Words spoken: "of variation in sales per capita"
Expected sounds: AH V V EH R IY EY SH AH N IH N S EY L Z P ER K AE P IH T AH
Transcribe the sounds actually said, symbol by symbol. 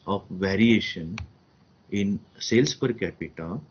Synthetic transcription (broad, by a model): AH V V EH R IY EY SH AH N IH N S EY L S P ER K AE P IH T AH